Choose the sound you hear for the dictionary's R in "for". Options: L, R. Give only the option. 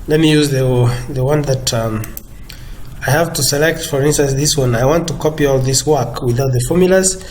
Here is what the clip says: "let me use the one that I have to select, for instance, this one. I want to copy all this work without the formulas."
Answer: R